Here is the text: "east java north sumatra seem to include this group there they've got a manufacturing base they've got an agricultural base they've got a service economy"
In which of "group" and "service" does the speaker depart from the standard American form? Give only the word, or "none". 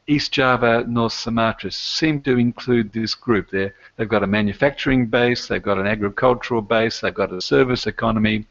none